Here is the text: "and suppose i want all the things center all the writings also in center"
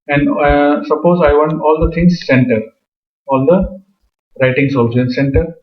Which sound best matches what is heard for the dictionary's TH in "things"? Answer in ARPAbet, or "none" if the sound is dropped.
T